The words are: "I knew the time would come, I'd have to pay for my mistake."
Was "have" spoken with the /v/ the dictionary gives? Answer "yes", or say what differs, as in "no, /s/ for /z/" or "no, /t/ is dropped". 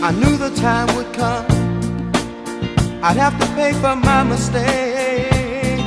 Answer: no, /f/ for /v/